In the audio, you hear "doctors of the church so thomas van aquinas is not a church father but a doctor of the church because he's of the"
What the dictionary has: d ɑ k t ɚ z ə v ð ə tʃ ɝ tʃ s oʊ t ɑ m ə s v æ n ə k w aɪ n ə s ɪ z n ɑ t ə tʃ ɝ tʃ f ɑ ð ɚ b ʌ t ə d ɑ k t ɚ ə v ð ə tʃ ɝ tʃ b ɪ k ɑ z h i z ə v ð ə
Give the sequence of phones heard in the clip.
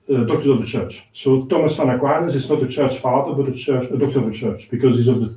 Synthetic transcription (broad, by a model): d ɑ k t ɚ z ə v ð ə tʃ ɝ tʃ s oʊ t ɑ m ə s f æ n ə k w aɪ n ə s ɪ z n ɑ t ə tʃ ɝ tʃ f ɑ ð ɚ b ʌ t ə d ɑ k t ɚ ə v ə tʃ ɝ tʃ b ɪ k ɑ z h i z ə v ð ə